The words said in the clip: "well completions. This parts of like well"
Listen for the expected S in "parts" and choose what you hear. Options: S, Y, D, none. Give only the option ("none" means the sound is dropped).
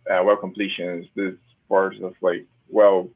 none